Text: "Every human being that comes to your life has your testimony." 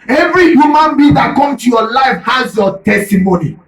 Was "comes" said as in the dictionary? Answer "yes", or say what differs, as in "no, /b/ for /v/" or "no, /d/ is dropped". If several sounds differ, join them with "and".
no, /z/ is dropped